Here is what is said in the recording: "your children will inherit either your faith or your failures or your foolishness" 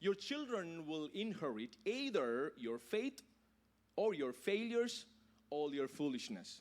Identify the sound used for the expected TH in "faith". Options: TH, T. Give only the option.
T